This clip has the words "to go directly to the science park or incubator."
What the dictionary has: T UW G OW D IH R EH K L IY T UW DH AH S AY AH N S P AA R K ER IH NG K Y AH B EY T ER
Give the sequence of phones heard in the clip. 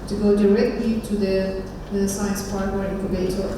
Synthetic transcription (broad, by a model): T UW G OW D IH R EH K L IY T UW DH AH S AY AH N S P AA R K ER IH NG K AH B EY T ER